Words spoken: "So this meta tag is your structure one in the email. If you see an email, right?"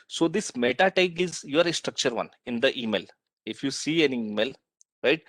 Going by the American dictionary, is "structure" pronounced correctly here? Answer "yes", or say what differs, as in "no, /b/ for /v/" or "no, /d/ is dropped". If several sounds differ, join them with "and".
yes